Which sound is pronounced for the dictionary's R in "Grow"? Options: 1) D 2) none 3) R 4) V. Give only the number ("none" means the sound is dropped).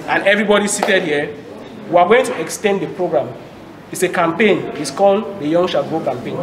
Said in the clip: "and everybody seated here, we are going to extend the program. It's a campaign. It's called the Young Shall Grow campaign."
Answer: 2